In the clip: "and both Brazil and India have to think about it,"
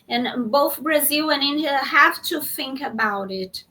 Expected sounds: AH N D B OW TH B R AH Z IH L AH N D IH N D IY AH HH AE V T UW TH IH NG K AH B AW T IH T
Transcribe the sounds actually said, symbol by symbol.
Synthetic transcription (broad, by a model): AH N B OW TH B R AH Z IH L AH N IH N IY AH HH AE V T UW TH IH NG K AH B AW T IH T